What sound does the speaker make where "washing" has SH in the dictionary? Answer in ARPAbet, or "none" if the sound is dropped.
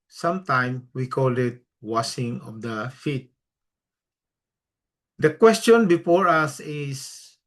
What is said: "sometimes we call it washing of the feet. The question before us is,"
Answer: S